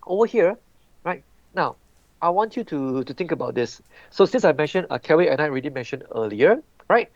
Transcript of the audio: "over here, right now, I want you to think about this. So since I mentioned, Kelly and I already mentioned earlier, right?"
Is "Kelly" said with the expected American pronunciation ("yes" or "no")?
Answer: no